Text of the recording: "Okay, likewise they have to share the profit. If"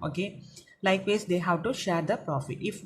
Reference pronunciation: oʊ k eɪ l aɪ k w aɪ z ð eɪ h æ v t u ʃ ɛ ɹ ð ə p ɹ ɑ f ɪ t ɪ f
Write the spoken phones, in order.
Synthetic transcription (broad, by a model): oʊ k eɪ l aɪ k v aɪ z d eɪ h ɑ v t u ʃ ɛ ɹ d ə p ɹ ɑ f ɪ t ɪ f